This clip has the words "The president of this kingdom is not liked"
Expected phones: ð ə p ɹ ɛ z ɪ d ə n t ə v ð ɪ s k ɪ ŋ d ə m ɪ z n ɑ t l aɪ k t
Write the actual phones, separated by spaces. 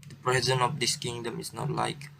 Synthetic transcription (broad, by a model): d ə p ɹ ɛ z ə n ə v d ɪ s k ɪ ŋ d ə m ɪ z n ɑ t l aɪ k